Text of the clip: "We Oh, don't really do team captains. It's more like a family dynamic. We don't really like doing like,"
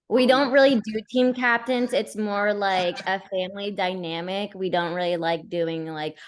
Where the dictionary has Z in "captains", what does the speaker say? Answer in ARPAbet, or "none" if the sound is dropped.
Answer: Z